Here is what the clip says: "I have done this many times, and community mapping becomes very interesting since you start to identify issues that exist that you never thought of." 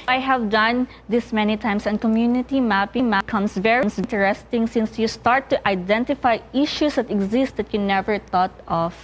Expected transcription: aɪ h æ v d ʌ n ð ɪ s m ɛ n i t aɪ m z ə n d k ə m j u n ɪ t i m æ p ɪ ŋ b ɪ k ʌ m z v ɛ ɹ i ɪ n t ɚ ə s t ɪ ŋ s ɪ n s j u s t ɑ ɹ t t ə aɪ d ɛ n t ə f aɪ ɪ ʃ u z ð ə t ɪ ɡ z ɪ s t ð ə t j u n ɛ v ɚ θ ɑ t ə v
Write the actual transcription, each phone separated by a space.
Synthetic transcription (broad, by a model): aɪ h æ v d ʌ n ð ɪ s m ɛ n i t aɪ m s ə n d k ə m j u n ɪ t i m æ p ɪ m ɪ k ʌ m s v ɛ ɹ i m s t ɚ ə s t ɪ ŋ s ɪ n s j u s t ɑ ɹ t t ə aɪ d ɛ n t ə f aɪ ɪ ʃ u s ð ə t ɪ ɡ z ɪ s t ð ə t j u n ɛ v ɚ t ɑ t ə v